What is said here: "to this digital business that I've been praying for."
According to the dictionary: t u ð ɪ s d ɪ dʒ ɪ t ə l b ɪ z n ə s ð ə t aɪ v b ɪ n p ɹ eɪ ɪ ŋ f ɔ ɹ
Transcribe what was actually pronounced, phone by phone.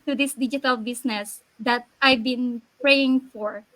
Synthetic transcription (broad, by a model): t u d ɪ s d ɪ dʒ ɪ t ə l b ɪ s n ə s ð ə t aɪ v b ɪ n p ɹ eɪ ɪ ŋ f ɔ ɹ